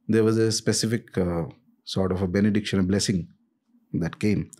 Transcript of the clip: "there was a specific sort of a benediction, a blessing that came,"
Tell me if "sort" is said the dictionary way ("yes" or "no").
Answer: yes